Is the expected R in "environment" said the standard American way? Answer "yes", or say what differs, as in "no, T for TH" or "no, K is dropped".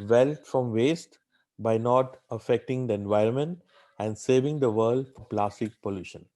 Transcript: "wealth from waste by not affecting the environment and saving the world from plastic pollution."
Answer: yes